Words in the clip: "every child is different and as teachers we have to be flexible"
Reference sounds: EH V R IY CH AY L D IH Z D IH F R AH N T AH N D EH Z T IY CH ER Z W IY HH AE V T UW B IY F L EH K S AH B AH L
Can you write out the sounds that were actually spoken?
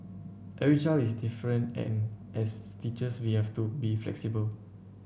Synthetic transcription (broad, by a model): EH R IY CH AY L IH S D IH F R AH N T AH N EH S T IY CH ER S W IY HH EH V T UW B IY F L EH K S AH B AH L